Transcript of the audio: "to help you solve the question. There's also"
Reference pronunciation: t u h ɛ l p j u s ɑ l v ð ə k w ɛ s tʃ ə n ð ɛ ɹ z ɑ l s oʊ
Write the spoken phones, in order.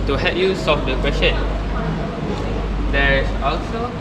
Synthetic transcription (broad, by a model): t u h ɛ p j u s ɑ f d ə k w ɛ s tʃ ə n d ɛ ɹ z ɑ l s oʊ